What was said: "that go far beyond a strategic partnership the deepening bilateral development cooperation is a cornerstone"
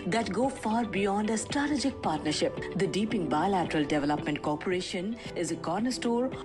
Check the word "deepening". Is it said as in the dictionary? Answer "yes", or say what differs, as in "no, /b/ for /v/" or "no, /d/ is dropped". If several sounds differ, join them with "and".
no, /n/ is dropped